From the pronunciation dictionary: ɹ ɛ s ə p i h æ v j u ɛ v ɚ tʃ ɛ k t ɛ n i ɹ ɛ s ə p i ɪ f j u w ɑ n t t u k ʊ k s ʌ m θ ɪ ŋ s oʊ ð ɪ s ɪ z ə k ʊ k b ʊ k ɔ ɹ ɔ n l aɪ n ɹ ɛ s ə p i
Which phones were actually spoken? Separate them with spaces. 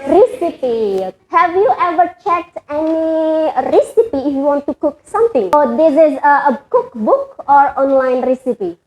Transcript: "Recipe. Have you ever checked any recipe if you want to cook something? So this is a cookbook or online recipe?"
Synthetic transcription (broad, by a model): ɹ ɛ s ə p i h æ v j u ɛ v ɚ tʃ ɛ t ɛ n i ɹ ɛ s ə p i ɪ f j u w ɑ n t t u k ʊ k s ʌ m t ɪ ŋ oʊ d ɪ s ɪ z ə k ʊ k b ʊ k ɔ ɹ ɔ n l aɪ n ɹ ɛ s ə p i